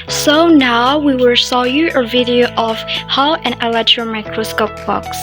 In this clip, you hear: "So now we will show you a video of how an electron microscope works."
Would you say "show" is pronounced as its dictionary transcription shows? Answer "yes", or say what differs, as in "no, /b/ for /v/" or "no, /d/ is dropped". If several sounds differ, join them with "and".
no, /s/ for /ʃ/